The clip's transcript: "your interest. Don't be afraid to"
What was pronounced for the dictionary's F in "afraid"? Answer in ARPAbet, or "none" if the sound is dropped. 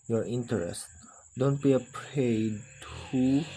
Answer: P